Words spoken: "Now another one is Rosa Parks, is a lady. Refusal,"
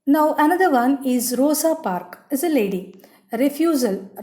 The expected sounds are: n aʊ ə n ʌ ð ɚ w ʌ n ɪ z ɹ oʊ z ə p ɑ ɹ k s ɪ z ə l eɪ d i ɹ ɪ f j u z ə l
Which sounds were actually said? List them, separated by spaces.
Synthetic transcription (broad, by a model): n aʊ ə n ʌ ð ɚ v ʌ n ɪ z ɹ oʊ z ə p ɑ ɹ k ɪ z ə l eɪ d i ɹ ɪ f j u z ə l